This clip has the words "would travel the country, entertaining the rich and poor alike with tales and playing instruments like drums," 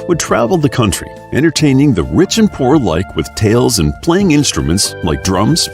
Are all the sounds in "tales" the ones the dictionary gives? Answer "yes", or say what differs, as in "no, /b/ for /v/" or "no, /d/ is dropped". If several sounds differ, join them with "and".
yes